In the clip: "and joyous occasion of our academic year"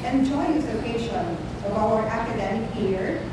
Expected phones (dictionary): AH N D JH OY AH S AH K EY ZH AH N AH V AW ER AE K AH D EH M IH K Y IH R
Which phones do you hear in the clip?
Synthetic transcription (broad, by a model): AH N JH OY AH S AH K EY SH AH N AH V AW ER AE K AH D EH M IH K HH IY R